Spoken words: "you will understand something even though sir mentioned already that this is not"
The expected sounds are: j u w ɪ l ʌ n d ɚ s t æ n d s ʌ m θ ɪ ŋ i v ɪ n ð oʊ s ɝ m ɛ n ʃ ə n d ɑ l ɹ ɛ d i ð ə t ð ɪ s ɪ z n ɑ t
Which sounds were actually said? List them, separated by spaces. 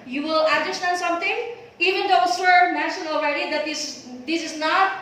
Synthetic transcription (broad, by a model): j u w ɪ l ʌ n d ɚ s t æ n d s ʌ m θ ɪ ŋ i v ɪ n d oʊ s ɝ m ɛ ʃ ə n ɑ l ɹ ɛ d i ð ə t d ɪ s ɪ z n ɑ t